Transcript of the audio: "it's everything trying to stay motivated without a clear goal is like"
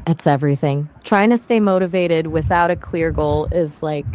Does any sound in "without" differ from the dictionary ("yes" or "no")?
no